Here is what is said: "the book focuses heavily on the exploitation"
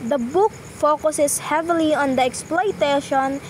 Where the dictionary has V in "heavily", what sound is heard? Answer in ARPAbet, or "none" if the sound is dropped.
V